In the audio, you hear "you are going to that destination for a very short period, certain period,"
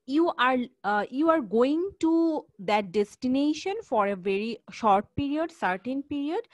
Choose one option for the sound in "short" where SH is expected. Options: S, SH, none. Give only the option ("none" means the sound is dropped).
SH